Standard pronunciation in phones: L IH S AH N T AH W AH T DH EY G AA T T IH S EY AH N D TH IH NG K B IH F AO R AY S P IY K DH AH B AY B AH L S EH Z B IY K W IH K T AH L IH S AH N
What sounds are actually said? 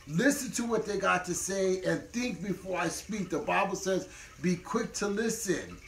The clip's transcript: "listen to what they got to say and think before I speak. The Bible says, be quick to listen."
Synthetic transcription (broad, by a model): L IH S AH N T AH W AH T DH EY G AA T T IH S EY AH N TH IH NG K B IH F AO R AY S P IY K DH AH B AY B L S EH Z B IY K W IH K T AH L IH S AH N